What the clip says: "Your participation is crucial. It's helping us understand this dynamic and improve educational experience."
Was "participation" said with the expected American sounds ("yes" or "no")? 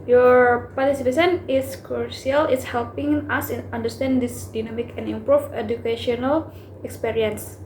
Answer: no